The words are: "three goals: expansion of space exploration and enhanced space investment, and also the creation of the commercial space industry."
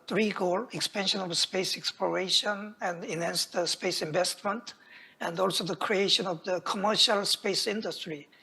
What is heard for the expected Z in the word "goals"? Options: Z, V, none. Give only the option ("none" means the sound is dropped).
none